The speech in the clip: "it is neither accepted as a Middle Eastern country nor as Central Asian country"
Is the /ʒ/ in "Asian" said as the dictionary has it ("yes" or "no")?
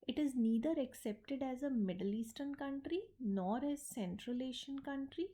no